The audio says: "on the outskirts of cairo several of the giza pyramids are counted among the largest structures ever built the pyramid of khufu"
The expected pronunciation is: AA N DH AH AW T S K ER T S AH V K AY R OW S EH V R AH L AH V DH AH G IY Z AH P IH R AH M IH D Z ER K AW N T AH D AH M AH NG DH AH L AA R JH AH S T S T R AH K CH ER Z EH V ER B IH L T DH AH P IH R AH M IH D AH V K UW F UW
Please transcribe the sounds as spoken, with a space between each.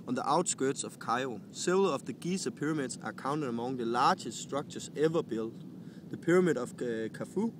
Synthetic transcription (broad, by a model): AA N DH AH AW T S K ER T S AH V K AY OW S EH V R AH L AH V DH AH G IY S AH P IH R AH M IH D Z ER K AW N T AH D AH M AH NG DH AH L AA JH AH S T S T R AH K CH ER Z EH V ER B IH L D DH AH P IH R AH M IH D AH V K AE F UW